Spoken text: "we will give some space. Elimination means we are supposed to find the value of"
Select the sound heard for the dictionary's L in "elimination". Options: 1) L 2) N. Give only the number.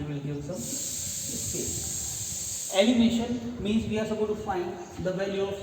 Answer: 2